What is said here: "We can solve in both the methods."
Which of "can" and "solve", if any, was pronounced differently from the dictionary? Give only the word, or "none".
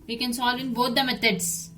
none